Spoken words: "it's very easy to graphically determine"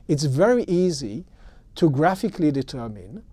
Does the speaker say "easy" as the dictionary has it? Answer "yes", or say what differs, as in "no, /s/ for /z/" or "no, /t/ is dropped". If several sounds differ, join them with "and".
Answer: yes